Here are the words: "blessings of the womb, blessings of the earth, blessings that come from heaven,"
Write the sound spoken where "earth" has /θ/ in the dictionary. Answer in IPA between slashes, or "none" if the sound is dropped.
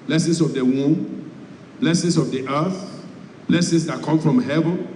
/θ/